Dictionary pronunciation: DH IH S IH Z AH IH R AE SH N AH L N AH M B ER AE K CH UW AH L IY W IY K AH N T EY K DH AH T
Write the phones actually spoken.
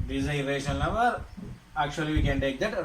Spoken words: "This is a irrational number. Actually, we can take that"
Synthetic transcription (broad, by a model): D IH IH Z AH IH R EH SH AH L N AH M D AE K CH UW AH L IY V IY K AH N T EY K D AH T